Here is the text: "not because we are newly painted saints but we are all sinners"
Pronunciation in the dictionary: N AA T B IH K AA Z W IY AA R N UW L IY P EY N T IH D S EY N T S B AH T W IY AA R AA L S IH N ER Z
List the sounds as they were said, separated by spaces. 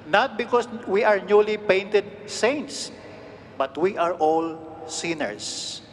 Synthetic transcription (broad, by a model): N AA T B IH K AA S W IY AA R N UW L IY P EY N T IH D S EY N T S B AH T W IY AA R AA L S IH N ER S